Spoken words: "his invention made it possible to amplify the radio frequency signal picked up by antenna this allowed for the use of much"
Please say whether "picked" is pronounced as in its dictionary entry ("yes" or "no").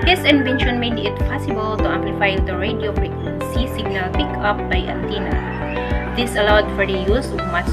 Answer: no